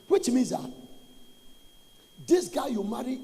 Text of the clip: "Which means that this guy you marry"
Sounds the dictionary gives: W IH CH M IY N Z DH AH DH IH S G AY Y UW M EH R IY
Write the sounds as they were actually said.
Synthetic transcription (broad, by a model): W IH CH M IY Z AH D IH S G AY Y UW M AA R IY